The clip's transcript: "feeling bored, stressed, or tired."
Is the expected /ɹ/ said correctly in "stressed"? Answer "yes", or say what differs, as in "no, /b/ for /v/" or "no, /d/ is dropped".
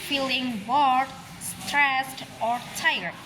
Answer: yes